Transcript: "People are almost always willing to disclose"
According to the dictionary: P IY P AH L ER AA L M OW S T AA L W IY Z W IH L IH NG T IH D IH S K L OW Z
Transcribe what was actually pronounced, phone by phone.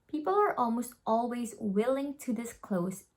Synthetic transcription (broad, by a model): P IY P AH L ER AA L M OW S T AA L W IY Z W IH L IH NG T IH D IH S K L OW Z